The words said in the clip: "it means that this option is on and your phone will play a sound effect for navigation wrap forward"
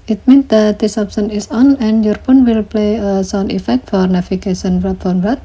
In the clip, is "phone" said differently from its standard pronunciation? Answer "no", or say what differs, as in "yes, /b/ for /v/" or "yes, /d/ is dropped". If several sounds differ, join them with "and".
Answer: yes, /p/ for /f/